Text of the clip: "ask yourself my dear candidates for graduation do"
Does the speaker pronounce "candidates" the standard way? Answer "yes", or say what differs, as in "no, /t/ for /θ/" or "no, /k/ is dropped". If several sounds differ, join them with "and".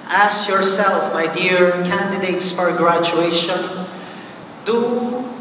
yes